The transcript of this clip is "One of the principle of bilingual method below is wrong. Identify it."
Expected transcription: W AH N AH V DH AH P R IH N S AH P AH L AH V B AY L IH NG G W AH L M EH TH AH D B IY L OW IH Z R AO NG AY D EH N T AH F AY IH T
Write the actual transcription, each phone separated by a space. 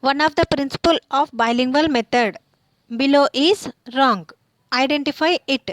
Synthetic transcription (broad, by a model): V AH N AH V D AH P R IH N S AH P AH L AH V B AY L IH NG G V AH L M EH T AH D B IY L OW IH Z R AO NG AY D EH N T AH F AY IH T